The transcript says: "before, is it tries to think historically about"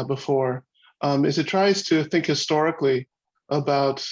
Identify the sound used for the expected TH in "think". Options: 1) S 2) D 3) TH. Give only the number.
3